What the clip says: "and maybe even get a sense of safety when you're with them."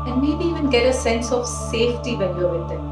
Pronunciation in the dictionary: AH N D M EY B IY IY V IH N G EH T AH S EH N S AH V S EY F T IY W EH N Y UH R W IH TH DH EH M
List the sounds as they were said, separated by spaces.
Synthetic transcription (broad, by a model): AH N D M EY B IY IY V IH N G EH T AH S EH N S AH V S EY F T IY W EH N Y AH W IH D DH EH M